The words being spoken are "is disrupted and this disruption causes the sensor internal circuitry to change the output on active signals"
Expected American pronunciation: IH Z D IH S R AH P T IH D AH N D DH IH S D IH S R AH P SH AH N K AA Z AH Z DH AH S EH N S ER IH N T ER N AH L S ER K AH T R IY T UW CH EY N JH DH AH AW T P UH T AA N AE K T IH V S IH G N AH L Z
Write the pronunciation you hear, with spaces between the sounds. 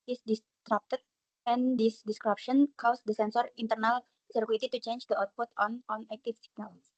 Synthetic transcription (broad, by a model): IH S D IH S R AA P T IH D AH N D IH S D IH S R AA P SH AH N K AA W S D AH S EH N S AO IH N T ER N AH L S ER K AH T IY T UW CH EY N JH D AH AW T P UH T AA N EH K T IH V S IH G N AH L